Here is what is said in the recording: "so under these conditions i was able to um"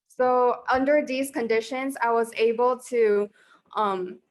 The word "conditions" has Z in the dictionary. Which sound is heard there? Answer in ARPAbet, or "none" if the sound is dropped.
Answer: Z